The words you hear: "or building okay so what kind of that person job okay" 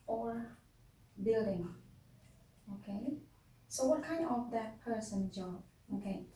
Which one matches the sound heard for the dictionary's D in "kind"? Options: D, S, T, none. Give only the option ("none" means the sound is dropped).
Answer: none